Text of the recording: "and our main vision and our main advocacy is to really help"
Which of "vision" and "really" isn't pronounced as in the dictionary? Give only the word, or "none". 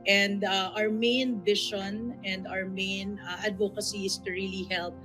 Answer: vision